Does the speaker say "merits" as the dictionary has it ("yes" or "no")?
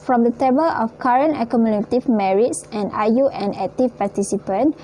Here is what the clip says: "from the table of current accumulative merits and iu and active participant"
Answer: yes